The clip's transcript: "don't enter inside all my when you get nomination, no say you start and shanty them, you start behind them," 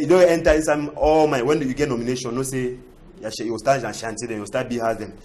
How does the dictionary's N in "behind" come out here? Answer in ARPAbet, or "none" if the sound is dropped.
none